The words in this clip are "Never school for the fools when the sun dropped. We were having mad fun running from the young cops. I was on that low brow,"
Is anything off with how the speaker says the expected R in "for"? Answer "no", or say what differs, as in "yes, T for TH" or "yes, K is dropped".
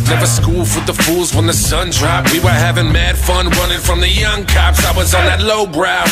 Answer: yes, W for R